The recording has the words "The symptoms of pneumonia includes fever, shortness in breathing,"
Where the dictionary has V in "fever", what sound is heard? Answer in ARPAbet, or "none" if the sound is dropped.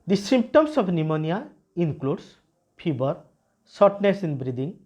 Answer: B